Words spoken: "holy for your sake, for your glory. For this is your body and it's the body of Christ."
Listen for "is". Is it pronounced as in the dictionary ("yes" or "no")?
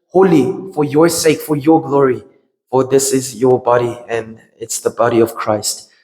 yes